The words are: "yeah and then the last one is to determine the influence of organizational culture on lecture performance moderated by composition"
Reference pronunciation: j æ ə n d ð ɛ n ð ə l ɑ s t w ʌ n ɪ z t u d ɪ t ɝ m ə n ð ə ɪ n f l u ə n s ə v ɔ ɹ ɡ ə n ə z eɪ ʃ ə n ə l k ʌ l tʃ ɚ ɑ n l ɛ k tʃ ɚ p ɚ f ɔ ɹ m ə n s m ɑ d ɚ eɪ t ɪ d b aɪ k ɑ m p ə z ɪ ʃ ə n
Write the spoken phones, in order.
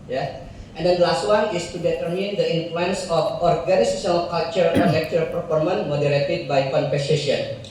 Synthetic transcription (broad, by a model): j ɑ ə n d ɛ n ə l ɑ s t w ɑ n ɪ s t u d ɪ t ɝ m ə n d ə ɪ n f l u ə n s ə f ɔ ɹ ɡ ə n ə s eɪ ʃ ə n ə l k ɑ l tʃ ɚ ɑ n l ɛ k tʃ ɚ p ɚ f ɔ ɹ m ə n m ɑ d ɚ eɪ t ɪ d b aɪ k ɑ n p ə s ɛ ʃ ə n